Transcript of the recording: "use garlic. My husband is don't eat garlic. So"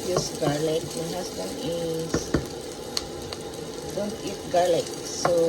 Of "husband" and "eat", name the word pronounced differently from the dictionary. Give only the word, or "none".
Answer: husband